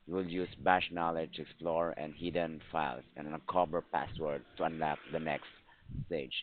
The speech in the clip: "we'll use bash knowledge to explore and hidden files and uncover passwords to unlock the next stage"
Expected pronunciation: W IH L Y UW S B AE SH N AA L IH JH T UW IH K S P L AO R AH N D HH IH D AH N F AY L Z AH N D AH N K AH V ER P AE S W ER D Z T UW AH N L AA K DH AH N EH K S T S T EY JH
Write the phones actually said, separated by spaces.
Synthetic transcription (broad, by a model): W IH L Y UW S B AE SH N AA L IH JH T UW IH K S P L AO R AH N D HH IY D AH N F AY L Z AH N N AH K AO B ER P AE S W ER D T UW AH N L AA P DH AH N EH K S T S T EY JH